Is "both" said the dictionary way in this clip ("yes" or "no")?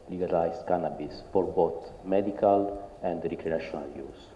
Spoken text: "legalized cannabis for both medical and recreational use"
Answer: no